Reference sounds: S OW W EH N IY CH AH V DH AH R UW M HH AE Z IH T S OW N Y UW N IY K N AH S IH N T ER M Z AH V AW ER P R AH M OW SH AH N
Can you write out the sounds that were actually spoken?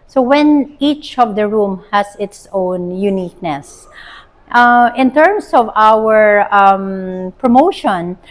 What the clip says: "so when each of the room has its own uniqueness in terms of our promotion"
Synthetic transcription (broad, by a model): S OW W EH N IY CH AH V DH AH R UW M HH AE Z IH T S OW N Y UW N IY K N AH S IH N T ER M S AH V AW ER P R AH M OW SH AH N